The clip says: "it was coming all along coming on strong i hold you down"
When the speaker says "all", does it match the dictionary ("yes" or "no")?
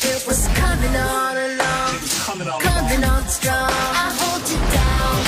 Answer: no